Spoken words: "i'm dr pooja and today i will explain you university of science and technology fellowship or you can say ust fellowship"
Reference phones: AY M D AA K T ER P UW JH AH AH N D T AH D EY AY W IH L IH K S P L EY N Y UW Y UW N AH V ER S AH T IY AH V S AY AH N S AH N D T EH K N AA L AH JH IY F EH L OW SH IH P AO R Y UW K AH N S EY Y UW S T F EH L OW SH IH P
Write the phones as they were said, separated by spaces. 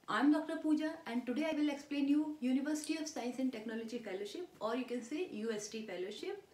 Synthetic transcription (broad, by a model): AY M D AA K T ER P UW JH AH AH N D T AH D EY AY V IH L IH K S P L EY N Y UW Y UW N AH V ER S AH T IY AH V S AY AH N S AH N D T EH K N AA L AH JH IY F EH L OW SH IH P AO R Y UW K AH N S EY Y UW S T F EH L OW SH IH P